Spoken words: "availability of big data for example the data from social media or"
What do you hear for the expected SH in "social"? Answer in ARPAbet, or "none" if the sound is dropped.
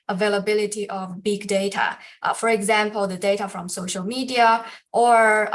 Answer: SH